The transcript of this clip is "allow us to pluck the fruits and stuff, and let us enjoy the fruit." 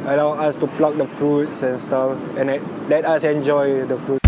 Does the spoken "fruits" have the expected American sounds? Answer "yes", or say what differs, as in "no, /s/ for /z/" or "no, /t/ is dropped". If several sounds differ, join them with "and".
yes